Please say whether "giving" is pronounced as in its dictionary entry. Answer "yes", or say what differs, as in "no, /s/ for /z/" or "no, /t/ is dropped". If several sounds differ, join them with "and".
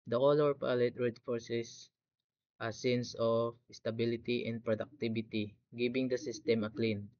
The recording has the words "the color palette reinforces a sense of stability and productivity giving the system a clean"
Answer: no, /b/ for /v/